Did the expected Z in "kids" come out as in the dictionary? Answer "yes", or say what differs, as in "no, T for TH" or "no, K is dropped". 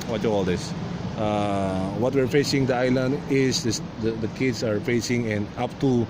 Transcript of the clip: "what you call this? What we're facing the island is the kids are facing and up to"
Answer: no, S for Z